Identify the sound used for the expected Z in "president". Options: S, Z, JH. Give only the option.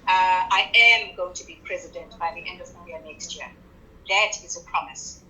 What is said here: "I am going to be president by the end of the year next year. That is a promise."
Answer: Z